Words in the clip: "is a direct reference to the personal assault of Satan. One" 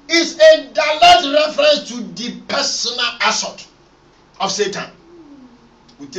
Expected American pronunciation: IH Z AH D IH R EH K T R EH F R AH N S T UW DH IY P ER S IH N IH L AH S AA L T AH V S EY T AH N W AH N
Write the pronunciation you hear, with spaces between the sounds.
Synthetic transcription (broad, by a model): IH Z AH D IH L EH T R EH F R AH N S T UW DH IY P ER S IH N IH L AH S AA T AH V S EY T AH N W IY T